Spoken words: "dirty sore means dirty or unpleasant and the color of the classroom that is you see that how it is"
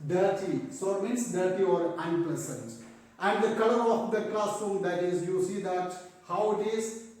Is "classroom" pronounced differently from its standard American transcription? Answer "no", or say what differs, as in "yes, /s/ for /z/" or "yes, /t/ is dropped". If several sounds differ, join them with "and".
yes, /ɹ/ is dropped